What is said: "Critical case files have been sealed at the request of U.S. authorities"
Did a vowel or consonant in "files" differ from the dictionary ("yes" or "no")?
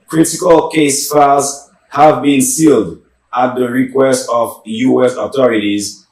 yes